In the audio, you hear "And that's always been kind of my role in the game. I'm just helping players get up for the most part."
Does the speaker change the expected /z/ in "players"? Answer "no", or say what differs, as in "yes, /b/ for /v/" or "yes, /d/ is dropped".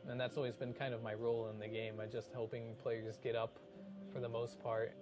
no